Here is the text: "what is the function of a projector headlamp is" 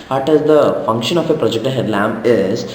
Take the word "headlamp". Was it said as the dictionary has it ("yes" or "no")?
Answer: no